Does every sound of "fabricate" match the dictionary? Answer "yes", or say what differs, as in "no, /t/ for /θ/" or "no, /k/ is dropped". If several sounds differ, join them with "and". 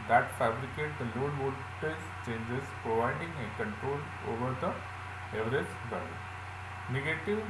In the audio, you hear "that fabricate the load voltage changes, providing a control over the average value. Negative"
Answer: yes